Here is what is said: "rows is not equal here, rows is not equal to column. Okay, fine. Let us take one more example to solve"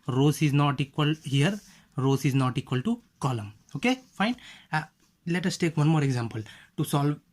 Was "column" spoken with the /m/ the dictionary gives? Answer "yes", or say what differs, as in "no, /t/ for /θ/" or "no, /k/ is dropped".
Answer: yes